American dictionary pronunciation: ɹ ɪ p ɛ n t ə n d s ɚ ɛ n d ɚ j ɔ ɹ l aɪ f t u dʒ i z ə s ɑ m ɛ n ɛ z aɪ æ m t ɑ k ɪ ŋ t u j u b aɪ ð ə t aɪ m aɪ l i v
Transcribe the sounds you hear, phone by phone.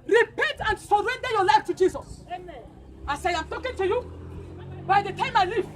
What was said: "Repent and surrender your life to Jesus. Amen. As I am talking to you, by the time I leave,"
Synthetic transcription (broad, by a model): ɹ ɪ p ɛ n t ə n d s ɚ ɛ n d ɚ j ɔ l aɪ f t u dʒ i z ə s ɑ ɪ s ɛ aɪ m t ɑ k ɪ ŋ t u j u b aɪ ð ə t aɪ m aɪ l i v